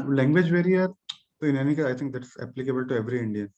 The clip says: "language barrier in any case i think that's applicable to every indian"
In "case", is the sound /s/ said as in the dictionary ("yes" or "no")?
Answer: no